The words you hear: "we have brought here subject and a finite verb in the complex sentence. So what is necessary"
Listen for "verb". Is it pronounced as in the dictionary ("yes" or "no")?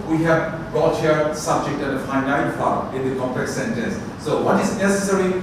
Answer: no